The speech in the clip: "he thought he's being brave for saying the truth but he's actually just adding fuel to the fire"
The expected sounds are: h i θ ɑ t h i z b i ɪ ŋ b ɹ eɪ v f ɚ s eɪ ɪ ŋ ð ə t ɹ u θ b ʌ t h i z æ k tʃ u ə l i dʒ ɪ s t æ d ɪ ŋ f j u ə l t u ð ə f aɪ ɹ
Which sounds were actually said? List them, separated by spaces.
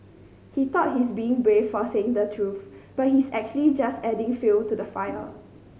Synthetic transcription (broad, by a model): h i t ɑ t h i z b i ɪ ŋ b ɹ eɪ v f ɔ s eɪ ɪ ŋ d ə t ɹ u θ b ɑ t h i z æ k tʃ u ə l i dʒ ɪ s t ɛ d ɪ ŋ f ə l t u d ə f aɪ l